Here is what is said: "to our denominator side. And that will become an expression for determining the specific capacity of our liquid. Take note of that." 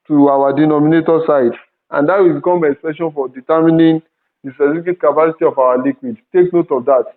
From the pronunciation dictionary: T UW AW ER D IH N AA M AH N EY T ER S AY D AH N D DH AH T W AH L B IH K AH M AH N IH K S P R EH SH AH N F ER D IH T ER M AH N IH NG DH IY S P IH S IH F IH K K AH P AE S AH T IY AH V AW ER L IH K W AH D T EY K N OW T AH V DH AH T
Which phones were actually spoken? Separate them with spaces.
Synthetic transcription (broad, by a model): T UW AW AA D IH N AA M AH N EY T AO S AY D AH N D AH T W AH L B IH K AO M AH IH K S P EH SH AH N F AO D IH T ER M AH N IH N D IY S IH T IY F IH K K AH P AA S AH T IY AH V AW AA L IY K W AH D T EY K N OW T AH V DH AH T